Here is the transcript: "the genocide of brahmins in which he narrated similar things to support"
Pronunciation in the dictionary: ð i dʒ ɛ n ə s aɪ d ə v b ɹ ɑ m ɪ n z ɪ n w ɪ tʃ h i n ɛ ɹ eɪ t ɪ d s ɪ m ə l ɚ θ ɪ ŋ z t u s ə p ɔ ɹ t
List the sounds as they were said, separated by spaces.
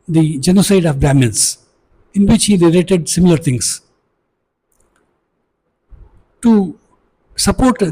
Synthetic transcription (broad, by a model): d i dʒ ɛ n ə s aɪ d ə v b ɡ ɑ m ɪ n s ɪ n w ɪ tʃ h i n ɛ l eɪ t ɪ d s ɪ m ə l ɚ t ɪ ŋ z t u s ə p ɔ ɹ t